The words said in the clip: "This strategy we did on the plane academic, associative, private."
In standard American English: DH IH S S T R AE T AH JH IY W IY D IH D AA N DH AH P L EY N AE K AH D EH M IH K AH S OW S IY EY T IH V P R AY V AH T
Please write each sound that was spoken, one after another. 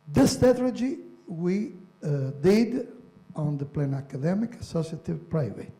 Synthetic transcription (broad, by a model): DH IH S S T EH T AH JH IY W IY D IH D AA N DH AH P L EY N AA K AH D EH M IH K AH S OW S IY T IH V P R AY V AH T